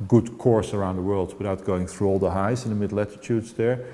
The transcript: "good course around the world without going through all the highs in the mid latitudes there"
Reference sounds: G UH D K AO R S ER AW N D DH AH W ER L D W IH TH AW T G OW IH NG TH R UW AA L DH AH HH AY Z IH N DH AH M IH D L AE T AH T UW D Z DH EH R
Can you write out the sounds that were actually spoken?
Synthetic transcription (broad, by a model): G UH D K AO R S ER AW N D DH AH W ER L D W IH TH AW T G OW IH NG TH R UW AA L DH AH HH AY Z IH N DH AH M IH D L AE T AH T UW D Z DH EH R